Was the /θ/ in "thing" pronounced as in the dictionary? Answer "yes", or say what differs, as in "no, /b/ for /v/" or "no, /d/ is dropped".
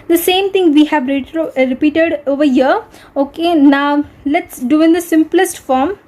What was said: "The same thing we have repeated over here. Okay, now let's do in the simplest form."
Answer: no, /t/ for /θ/